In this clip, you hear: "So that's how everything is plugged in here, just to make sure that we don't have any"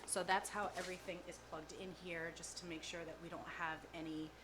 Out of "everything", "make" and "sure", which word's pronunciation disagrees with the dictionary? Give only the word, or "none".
none